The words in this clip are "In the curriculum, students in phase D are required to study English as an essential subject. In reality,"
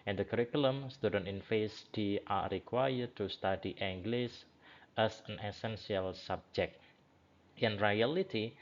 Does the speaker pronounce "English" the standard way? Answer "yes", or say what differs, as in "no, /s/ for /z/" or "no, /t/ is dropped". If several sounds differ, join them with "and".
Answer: no, /s/ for /ʃ/